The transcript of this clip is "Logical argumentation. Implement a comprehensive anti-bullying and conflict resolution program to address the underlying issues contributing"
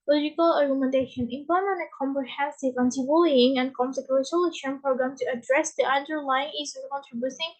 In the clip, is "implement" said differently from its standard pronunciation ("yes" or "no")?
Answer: yes